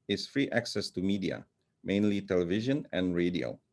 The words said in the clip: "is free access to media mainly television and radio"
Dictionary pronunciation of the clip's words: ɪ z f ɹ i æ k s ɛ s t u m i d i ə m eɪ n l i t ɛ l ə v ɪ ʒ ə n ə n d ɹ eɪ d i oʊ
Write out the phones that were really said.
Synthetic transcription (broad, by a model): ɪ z f ɹ i æ k s ɛ s t u m i d i ə m eɪ n l i t ɛ l ə v ɪ ʒ ə n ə n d ɹ eɪ d i oʊ